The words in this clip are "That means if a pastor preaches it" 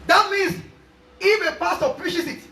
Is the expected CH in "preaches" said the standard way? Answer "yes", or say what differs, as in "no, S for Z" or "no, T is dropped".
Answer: no, SH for CH